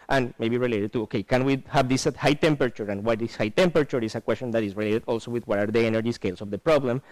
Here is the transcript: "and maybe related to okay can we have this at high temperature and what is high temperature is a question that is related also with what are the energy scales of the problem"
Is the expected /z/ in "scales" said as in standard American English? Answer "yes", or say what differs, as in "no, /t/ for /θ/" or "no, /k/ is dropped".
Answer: no, /s/ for /z/